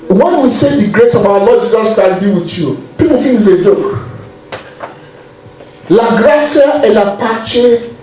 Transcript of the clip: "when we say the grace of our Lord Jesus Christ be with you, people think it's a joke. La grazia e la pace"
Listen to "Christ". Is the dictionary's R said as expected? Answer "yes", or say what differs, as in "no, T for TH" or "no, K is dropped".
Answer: no, R is dropped